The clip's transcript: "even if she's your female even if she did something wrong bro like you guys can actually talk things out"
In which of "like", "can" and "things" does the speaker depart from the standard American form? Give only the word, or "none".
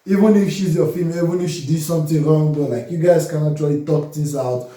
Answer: things